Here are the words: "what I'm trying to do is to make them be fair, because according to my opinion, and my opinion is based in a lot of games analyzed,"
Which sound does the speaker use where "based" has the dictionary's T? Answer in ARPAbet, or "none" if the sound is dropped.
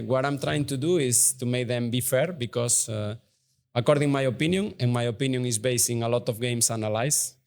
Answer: none